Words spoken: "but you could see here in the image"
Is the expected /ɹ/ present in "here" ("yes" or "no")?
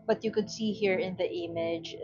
yes